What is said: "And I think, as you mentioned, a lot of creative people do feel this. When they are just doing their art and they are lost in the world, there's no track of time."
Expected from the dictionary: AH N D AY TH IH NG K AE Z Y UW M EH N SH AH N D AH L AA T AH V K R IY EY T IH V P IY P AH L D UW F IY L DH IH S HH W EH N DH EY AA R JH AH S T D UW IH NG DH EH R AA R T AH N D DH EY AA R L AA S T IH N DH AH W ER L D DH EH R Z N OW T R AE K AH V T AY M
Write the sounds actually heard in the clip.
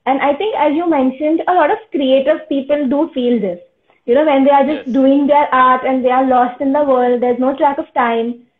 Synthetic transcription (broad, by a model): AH N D AY T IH NG K AE Z Y UW M EH N SH AH N D AH L AA T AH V K R IY EY T IH V P IY P AH L D UW F IY L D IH S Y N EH N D EY AA R JH AH S T D UW IH NG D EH R AA R T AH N D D EY AA R L AA S T IH N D AH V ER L D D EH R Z N OW T R AE K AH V T AY M